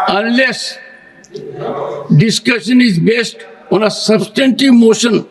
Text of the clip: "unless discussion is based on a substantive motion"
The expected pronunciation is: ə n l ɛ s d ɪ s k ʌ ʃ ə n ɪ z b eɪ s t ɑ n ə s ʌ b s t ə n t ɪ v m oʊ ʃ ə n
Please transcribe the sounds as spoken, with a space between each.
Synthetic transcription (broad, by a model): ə n l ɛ s d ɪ s k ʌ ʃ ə n ɪ z b eɪ s t ɑ n ə s ʌ b s t ə n t ɪ v m oʊ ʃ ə n